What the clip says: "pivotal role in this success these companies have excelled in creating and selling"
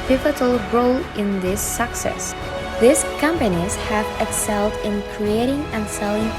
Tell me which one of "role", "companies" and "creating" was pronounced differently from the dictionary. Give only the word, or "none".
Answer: none